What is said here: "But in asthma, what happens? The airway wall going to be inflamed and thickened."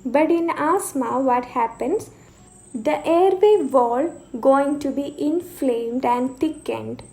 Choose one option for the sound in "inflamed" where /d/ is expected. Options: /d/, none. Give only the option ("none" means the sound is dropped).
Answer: /d/